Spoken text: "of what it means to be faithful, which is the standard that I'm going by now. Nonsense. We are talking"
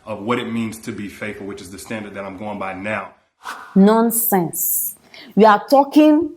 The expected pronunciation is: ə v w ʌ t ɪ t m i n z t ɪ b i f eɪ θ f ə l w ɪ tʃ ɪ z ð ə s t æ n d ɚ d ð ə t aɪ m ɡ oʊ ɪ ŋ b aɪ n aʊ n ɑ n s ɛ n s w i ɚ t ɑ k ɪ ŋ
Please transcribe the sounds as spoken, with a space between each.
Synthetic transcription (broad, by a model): ə v w ʌ t ɪ t m i n z t ɪ b i f eɪ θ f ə l w ɪ tʃ ɪ z ð ə s t æ n d ɚ d ð ə t aɪ m ɡ oʊ ɪ ŋ b aɪ n aʊ n ɑ n s ɛ n s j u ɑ t ɑ k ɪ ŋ